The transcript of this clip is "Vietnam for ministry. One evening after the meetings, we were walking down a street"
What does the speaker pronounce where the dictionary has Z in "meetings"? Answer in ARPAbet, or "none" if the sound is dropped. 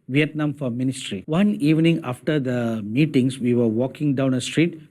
S